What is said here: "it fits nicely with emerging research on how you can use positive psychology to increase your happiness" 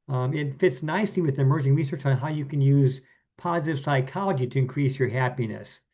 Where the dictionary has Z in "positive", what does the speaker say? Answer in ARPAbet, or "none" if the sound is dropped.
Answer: Z